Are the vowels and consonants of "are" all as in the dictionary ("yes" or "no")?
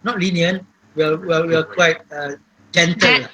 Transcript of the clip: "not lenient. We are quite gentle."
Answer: no